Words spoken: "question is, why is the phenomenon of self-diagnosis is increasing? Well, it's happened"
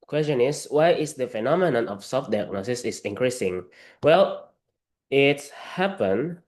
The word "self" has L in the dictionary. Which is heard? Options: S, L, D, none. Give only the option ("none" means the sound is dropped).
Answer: none